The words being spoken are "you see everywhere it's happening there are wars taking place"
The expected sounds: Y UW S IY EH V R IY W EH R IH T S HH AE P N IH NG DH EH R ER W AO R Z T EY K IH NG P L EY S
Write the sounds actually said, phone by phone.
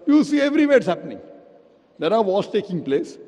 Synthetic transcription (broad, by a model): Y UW S IY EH V R IY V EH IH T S HH AE P N IH NG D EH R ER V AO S T EY K IH NG P L EY S